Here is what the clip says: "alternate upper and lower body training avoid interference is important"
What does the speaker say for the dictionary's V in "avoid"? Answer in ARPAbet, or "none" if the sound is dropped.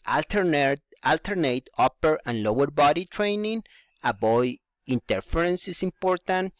B